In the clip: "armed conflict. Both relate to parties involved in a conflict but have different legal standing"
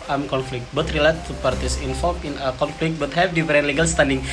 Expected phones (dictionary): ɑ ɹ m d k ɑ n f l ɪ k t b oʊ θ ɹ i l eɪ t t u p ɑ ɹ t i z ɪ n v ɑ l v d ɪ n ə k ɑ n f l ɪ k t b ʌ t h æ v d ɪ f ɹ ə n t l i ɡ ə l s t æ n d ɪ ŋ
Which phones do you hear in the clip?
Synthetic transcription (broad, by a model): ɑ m k ɑ n f l ɪ k t b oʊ t ɹ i l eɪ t t u p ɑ ɹ t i s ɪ n f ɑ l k ɪ n ə k ɑ n f l ɪ k t b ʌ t h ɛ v d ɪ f ɹ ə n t l i ɡ ə l s t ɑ n d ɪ ŋ